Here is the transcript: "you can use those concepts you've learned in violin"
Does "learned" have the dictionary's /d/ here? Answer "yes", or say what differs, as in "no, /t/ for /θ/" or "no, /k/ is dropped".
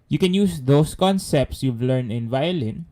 no, /d/ is dropped